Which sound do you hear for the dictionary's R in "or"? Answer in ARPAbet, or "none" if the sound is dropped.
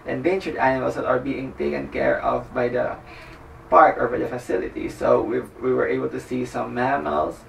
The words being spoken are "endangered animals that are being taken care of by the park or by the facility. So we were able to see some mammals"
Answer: R